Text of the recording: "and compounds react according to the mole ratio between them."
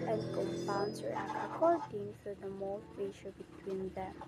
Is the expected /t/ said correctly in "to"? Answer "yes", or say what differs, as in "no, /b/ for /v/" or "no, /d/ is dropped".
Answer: no, /s/ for /t/